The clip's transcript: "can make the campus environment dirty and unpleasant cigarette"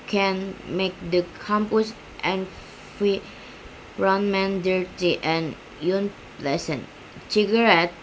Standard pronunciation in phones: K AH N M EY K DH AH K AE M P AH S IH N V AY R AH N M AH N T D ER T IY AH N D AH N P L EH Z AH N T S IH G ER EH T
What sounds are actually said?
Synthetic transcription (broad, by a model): K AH N M EY K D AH K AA M P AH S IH N F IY R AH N M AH N D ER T IY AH N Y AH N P L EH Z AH N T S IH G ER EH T